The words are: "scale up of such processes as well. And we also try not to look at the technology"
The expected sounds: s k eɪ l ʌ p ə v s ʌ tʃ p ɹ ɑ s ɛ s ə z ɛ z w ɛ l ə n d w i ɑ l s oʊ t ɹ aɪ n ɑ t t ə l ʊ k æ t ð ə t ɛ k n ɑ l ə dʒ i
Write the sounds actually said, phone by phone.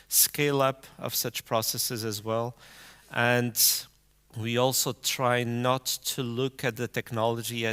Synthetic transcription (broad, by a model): s k eɪ l ʌ p ə v s ʌ tʃ p ɹ ɑ s ɛ s ə z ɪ z w ɛ l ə n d w i ɑ l s oʊ t ɹ aɪ n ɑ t t ə l ʊ k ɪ t ð ə t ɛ k n ɑ l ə dʒ i